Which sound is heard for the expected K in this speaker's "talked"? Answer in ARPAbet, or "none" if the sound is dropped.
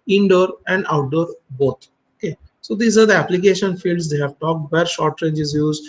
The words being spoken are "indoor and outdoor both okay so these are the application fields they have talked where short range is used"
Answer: K